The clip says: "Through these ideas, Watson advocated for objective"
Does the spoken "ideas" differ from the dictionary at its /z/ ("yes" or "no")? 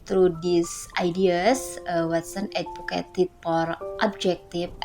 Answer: yes